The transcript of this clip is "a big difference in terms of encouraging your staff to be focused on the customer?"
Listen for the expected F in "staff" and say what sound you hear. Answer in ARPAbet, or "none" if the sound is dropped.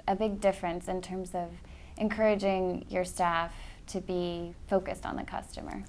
F